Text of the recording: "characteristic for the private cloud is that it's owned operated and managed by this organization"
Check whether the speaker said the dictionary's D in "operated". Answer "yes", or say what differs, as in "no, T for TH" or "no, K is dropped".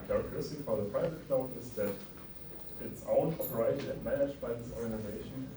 no, D is dropped